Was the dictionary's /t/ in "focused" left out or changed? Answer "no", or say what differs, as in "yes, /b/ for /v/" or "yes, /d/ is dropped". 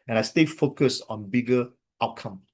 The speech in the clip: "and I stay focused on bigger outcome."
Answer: yes, /t/ is dropped